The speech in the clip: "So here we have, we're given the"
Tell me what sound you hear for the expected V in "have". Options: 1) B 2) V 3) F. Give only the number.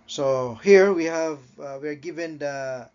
2